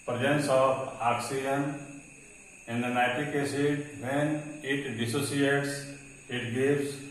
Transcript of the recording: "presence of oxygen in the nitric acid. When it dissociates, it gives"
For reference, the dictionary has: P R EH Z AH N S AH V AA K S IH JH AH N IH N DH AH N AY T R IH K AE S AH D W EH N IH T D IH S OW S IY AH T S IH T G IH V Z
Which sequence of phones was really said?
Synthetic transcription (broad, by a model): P R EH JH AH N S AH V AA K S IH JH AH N IH N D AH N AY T IH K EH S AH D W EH N IH T D IH S OW S IY AH T S IH T G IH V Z